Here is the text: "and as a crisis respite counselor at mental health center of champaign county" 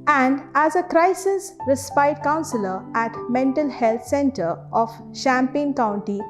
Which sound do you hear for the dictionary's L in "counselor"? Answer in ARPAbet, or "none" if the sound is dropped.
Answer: L